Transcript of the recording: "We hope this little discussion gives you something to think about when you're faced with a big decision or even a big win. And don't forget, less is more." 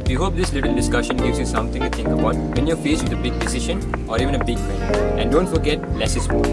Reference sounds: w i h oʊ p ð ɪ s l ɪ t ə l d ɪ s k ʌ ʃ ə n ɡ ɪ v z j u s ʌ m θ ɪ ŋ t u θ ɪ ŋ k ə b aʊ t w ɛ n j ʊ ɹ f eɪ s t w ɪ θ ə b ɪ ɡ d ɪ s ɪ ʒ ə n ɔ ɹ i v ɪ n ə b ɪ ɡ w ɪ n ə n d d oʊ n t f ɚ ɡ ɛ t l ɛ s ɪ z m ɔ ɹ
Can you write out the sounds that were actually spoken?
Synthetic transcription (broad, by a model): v i h oʊ p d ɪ s l ɪ t ə l d ɪ s k ʌ ʃ ə n ɡ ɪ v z j u s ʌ m t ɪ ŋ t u t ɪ ŋ k ə b aʊ t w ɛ n j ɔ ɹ f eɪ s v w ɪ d ə b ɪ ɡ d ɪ s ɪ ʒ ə n ɔ ɹ i v ɪ n ə b ɪ ɡ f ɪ ə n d d oʊ n t f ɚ ɡ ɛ t l ɛ s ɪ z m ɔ